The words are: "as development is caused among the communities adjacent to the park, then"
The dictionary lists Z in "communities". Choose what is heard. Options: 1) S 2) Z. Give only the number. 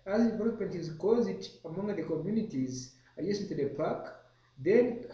2